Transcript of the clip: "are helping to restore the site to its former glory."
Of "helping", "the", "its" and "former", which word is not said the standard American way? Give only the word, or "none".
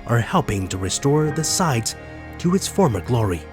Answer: none